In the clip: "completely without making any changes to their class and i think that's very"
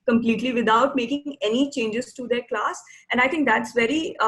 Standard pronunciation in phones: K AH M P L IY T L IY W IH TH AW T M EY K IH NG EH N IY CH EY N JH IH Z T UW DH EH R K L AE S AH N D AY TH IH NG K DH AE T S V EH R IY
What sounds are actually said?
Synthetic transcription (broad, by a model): K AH M P L IY T L IY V IH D AW T M EY K IH NG EH N IY CH EY N JH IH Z T UW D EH R K L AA S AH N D AY T IH NG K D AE T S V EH R IY